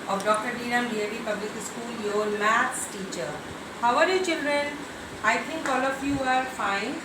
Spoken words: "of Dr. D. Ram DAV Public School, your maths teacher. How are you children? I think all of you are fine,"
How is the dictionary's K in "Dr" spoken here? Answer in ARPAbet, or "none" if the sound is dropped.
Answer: K